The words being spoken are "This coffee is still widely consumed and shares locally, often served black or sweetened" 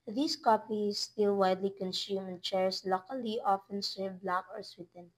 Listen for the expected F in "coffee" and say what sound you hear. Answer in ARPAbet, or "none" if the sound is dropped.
P